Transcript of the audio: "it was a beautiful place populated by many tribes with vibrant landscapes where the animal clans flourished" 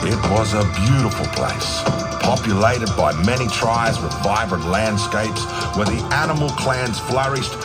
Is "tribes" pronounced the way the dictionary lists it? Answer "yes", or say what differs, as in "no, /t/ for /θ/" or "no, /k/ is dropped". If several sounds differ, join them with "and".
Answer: no, /b/ is dropped